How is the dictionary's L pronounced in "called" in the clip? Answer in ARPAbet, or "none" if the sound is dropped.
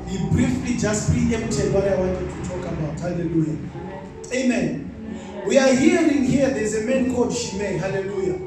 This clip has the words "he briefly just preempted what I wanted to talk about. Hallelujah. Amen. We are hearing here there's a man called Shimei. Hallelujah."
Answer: none